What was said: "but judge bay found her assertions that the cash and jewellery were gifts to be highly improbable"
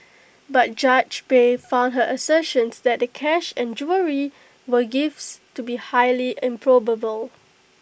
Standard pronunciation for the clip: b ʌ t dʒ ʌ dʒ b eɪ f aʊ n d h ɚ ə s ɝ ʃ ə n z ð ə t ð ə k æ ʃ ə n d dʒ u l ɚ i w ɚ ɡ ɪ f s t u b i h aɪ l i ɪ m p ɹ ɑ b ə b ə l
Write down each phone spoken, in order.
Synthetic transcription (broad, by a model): b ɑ t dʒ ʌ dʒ b eɪ f aʊ n d h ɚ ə s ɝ ʃ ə n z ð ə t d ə k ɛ ʃ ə n dʒ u ɚ i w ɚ ɡ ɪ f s t u b i h aɪ l i ɪ m p ɹ ɑ b ə b ə l